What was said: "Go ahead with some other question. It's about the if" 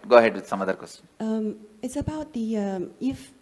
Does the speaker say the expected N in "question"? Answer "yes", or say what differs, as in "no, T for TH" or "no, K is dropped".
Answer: no, N is dropped